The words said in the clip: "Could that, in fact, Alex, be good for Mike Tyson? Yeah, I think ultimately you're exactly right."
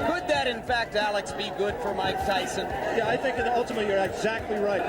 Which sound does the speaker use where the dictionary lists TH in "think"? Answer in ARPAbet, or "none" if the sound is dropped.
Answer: TH